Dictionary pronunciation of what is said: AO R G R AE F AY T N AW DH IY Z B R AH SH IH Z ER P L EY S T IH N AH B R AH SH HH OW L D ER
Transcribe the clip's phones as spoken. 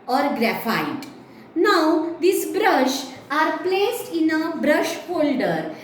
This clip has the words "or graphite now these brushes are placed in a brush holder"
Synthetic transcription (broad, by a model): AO R G R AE F AY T N AW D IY S B R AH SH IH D P L EY S T IH N AH B R AH SH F OW L D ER